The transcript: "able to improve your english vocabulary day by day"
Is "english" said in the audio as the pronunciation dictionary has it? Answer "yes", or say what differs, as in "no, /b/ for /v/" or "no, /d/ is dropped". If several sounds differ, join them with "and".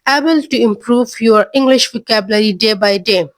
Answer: yes